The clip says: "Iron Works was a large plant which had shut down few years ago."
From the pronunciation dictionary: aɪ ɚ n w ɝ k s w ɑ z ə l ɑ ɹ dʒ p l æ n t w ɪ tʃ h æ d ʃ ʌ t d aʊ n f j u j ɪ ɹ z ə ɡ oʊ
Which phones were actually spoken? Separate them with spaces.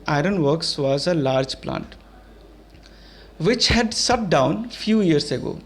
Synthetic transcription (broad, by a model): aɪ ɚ n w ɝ k s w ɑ z ə l ɑ ɹ dʒ p l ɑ n t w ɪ tʃ h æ d s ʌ t d aʊ n f j u j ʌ ɹ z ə ɡ oʊ